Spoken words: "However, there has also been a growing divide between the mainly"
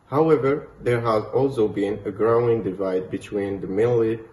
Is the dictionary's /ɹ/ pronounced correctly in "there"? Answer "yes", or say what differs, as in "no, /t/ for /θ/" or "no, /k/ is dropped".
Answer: yes